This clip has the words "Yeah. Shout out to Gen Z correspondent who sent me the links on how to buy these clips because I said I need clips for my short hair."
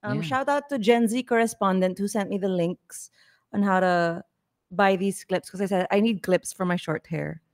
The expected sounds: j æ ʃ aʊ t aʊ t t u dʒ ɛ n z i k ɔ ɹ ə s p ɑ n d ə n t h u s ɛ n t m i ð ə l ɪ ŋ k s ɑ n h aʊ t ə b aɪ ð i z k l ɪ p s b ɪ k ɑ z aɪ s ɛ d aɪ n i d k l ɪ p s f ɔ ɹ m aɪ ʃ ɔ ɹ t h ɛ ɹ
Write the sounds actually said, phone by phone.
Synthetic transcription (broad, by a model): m ʃ aʊ t aʊ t t u dʒ ɛ n z i k ɔ ɹ ə s p ɑ n d ə n t h u s ɛ n t m i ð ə l ɪ ŋ k s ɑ n h aʊ t ə b aɪ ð i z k l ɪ p s k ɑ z aɪ s ɛ d aɪ n i d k l ɪ p s f ɔ ɹ m aɪ ʃ ɔ ɹ t h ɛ ɹ